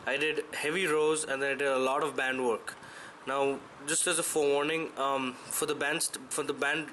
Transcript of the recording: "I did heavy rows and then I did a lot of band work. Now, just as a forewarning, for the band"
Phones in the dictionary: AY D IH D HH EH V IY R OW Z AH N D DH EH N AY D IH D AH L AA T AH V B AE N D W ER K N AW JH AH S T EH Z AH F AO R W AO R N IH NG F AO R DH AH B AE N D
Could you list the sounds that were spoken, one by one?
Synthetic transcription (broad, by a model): AY D IH D HH EH V IY R OW Z AH N D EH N AY D IH D AH L AA T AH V B AE N D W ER K N AW JH AH S T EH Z AH F AO R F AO R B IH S F AO R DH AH B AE N D